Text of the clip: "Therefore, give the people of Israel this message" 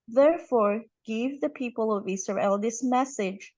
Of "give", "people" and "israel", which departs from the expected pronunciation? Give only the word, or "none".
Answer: israel